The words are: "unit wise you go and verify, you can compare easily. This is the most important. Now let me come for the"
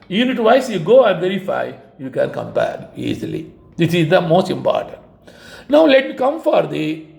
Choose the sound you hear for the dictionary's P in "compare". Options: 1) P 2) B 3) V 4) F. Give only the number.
2